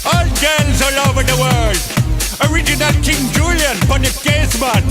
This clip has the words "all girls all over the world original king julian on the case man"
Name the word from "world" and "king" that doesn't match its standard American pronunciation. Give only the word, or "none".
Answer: world